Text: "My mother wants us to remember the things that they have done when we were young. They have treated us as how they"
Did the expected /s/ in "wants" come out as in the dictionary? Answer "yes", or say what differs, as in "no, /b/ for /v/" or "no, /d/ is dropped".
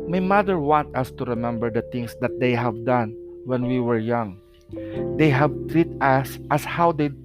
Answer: no, /s/ is dropped